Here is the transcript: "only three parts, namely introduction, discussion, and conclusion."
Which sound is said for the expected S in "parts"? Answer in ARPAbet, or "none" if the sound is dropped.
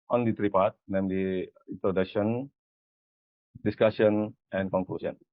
none